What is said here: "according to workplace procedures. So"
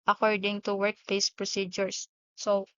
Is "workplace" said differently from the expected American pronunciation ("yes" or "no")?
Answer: yes